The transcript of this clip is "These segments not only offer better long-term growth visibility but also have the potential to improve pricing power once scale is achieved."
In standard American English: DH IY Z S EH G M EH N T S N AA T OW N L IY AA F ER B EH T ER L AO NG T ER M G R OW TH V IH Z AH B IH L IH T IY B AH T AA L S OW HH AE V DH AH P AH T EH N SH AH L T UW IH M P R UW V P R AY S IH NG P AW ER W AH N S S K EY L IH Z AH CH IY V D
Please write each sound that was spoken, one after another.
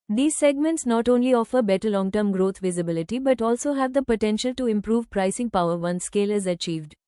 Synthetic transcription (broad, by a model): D IY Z S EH G M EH N T S N AA T OW N L IY AA F ER B EH T ER L AO NG T ER M G R OW T V IH Z AH B IH L IH T IY B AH T AA L S OW HH AE V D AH P AH T EH N SH AH L T UW IH M P R UW V P R AY S IH NG P AW ER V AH N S S K EY L IH Z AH CH IY V D